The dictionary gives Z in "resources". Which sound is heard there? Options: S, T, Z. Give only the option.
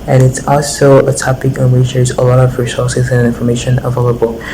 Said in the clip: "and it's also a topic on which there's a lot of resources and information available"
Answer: Z